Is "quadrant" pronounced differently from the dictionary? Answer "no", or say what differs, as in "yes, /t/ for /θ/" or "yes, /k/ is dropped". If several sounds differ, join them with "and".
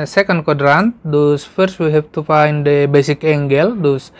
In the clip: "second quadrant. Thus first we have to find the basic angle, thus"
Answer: no